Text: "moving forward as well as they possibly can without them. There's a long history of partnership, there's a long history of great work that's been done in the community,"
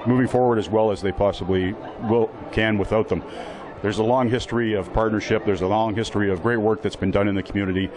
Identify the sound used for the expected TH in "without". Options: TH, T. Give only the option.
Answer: TH